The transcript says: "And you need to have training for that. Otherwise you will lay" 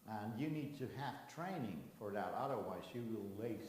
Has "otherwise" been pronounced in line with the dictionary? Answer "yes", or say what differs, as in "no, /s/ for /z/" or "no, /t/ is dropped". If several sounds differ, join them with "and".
yes